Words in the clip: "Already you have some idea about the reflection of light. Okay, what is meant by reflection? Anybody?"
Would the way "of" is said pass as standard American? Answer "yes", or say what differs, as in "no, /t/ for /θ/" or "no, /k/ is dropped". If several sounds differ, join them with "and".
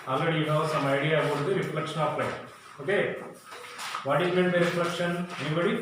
no, /p/ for /v/